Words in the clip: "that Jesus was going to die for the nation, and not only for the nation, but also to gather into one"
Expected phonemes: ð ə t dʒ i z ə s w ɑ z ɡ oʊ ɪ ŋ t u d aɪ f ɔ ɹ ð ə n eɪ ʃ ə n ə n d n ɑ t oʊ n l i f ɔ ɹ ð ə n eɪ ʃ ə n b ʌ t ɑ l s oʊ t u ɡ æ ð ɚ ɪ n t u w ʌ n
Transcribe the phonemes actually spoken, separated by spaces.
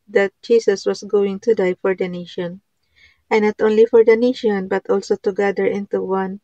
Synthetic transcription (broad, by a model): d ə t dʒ i s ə s w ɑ s ɡ oʊ ɪ ŋ t u d aɪ f ɔ ɹ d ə n eɪ ʃ ə n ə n n ɑ t oʊ n l i f ɔ ɹ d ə n eɪ ʃ ə n b ʌ t ɑ l s oʊ t u ɡ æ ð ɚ ɪ n t u w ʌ n